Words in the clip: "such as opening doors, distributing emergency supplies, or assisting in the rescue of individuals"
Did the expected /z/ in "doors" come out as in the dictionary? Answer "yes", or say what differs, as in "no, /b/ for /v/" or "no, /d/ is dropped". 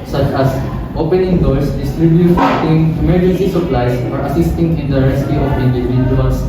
no, /s/ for /z/